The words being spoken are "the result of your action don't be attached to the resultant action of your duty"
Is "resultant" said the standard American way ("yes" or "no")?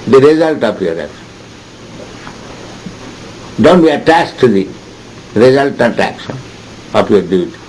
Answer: no